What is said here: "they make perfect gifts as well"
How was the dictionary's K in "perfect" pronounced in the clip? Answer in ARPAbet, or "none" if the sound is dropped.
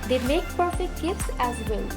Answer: K